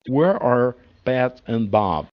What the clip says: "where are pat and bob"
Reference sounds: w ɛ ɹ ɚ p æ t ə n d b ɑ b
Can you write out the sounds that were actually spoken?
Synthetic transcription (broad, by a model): w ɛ ɹ ɚ b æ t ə n b ɑ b